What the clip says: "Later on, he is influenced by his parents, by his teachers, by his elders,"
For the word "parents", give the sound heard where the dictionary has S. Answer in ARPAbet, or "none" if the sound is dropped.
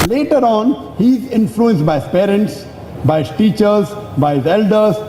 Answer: S